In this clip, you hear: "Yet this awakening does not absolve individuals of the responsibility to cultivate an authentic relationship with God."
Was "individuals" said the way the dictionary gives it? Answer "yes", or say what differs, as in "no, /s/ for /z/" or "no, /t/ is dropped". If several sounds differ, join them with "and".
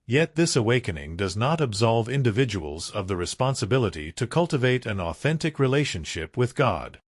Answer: yes